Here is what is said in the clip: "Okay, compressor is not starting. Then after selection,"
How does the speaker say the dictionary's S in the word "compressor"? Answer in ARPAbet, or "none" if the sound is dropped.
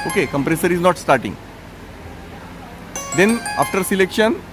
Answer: S